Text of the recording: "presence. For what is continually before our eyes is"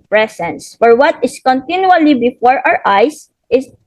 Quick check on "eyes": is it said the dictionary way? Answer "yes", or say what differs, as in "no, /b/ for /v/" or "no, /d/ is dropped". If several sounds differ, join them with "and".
no, /s/ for /z/